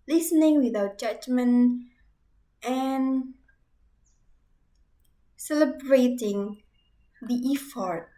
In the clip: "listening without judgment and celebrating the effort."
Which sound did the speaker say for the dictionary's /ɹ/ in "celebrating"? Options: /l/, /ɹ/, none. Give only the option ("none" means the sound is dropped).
/ɹ/